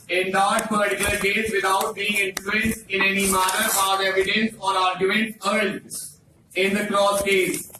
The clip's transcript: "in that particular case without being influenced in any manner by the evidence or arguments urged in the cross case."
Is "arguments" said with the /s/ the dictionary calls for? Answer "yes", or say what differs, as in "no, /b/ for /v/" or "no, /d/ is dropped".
no, /s/ is dropped